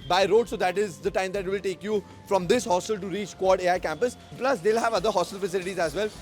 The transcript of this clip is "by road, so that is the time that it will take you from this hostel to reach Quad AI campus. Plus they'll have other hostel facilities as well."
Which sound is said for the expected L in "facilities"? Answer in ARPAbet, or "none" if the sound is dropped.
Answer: L